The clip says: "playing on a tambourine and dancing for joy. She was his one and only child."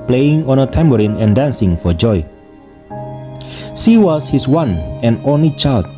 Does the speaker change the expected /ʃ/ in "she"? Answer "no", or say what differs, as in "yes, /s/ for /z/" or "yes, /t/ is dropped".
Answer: yes, /s/ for /ʃ/